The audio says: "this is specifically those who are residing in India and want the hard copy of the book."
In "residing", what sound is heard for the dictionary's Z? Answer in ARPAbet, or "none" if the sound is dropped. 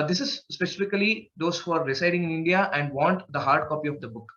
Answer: S